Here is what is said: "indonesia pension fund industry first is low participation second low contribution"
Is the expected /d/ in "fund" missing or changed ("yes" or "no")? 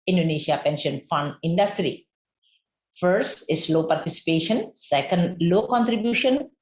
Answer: no